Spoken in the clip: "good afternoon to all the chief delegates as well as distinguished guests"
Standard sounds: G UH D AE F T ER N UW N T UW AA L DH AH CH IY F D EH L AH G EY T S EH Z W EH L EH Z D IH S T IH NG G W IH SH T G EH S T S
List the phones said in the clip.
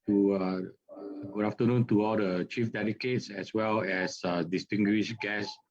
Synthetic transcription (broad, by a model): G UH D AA F T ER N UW N T UW AA L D AH CH IY F D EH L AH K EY T S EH S W EH L EH S D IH S T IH NG G W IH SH G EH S S